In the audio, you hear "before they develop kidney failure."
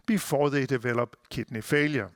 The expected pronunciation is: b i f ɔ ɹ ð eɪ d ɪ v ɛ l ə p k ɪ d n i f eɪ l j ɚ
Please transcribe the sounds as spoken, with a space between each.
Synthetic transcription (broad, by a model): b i f ɔ ð eɪ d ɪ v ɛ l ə b k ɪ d n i f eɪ l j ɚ